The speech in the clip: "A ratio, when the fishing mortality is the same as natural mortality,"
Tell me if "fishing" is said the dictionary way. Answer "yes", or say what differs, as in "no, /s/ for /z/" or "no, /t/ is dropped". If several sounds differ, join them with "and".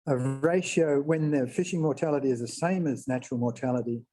yes